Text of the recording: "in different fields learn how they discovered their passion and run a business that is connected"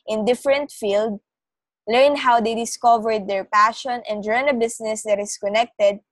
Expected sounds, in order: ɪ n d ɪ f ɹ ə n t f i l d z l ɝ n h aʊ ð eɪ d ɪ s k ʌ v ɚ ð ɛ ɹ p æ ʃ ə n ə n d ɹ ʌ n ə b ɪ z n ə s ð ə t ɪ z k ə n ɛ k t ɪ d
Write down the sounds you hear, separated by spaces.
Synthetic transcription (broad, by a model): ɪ n d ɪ f ɹ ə n t f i l d l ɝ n h aʊ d eɪ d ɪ s k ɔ v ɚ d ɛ ɹ p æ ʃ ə n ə n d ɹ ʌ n ə b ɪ s n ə s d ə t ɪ s k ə n ɛ k t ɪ d